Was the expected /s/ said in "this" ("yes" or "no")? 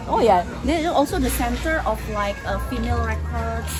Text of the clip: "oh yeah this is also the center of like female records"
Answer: no